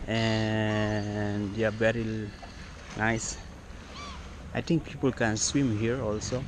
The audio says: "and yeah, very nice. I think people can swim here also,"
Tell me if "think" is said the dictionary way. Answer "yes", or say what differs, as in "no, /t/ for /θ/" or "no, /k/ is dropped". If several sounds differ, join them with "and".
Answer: no, /t/ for /θ/